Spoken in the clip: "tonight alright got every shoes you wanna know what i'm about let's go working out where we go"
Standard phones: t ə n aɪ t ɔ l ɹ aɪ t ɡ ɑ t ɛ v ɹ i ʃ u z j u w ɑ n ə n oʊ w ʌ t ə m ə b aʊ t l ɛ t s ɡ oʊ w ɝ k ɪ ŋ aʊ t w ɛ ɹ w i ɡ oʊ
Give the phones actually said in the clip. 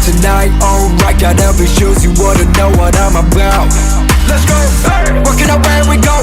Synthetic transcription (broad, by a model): t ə n aɪ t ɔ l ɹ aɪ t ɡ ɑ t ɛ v i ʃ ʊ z j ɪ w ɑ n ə n oʊ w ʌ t ə m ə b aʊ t l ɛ t s ɡ oʊ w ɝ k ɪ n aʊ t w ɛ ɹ w i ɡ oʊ